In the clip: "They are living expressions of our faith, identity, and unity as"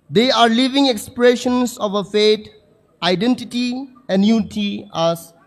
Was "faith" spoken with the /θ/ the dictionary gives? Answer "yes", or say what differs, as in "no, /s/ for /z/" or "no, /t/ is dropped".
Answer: no, /t/ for /θ/